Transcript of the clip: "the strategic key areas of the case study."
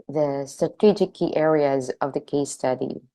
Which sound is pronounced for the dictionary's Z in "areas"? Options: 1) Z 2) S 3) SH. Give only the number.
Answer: 1